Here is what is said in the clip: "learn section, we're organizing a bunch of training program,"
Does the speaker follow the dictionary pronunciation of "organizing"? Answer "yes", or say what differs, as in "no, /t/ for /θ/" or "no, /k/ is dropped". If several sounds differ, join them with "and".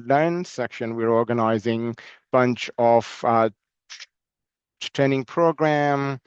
yes